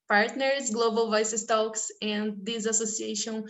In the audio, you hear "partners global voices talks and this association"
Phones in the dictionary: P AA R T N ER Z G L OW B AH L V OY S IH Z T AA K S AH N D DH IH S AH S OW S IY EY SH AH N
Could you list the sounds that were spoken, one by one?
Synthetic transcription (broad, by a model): P AA R T N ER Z G L OW B AH L V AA S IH S T AA K S AH N D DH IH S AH S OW S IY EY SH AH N